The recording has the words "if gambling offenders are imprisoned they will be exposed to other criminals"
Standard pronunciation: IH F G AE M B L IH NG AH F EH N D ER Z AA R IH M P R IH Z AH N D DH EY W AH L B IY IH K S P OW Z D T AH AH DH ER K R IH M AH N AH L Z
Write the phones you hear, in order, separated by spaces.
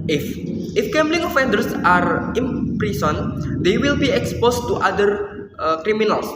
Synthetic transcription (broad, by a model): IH F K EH M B L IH NG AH F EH N D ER S AA R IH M P R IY S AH N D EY W AH L B IY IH K S P OW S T T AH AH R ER K R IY M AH N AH L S